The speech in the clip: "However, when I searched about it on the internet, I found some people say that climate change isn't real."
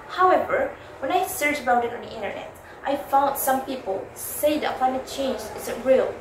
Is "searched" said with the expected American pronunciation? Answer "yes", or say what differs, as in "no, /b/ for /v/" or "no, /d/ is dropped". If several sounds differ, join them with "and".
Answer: no, /t/ is dropped